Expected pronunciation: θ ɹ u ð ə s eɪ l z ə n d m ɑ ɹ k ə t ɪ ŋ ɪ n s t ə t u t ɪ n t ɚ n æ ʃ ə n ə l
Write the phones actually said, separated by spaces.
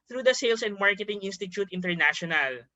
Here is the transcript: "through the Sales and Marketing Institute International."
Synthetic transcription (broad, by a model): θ ɹ u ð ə s eɪ l s ə n d m ɑ ɹ k ə t ɪ ŋ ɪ n s t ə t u t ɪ n t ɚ n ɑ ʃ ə n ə l